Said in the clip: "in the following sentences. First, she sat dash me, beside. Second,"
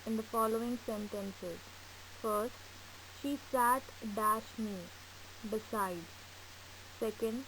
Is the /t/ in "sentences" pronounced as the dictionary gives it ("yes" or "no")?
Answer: yes